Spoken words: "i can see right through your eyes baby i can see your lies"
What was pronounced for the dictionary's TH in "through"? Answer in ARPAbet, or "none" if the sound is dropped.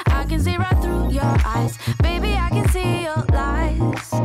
TH